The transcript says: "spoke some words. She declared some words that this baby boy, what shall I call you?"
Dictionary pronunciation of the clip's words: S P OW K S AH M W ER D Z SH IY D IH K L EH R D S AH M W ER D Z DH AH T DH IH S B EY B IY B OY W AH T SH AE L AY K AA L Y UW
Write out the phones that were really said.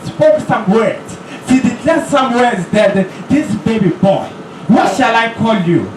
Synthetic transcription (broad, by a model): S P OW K S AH M W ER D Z S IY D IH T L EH S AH M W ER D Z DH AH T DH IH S B EY B IY B OY W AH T SH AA L AY K AA L Y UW